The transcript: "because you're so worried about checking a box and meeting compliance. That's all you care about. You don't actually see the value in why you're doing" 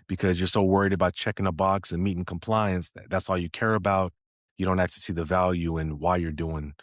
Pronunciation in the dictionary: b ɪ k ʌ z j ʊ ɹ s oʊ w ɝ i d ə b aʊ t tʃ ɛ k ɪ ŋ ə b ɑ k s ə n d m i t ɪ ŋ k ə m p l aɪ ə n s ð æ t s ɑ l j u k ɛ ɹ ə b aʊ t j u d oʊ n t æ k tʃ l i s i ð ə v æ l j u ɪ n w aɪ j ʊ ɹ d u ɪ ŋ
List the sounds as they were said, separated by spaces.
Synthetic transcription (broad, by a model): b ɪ k ʌ z j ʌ ɹ s oʊ w ɝ i d ə b aʊ t tʃ ɛ k ɪ ŋ ə b ɑ k s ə n m i t ɪ ŋ k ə m p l aɪ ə n s ð æ t s ɑ l j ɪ k ɛ ɹ ə b aʊ t j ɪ d oʊ n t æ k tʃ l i s i ð ə v æ l j u ɪ n w aɪ j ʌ ɹ d u ɪ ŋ